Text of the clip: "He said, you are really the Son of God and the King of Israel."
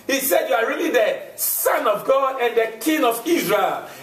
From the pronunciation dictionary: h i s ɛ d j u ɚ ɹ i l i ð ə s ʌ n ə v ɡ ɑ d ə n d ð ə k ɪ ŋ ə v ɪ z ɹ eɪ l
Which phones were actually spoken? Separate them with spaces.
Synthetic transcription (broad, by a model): h i s ɛ d j u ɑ ɹ i l i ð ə s ʌ n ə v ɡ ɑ ə n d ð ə k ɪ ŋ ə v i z ɹ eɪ l